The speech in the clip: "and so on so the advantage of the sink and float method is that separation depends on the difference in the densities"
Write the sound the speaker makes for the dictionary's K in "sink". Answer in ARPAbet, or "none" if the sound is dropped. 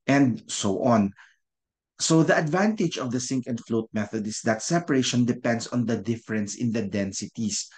K